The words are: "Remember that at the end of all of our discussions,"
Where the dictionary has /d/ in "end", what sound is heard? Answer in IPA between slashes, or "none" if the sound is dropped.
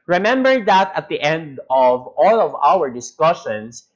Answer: /d/